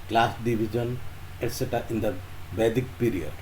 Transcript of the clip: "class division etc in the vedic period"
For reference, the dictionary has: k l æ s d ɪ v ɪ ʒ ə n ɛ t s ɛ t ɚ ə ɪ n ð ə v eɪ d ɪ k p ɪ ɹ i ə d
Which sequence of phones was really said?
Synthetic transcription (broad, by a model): k l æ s d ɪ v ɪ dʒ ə n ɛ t s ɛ t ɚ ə ɪ n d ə b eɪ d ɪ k p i ɹ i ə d